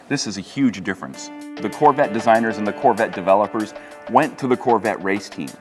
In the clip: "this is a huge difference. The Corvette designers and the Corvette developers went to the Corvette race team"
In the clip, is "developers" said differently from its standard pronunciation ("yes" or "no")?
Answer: no